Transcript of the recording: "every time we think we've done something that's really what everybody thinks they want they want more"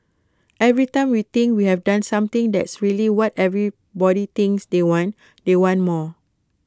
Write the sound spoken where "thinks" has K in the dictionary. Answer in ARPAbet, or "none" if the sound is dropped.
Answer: none